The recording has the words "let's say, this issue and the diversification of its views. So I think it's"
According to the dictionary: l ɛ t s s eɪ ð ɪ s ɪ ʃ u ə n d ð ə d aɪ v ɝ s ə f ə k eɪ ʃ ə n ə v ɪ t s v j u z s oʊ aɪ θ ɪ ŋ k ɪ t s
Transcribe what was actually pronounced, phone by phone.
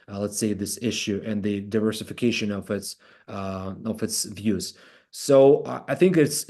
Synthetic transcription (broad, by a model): l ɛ t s s eɪ ð ɪ s ɪ ʃ u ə n ð ə d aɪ v ɝ s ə f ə k eɪ ʃ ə n ə v ɪ t s v j u z s oʊ aɪ θ ɪ ŋ k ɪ t s